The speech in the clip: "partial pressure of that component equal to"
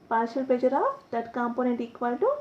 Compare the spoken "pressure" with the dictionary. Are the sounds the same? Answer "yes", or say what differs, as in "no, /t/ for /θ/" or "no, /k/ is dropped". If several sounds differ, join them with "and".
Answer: no, /ɹ/ is dropped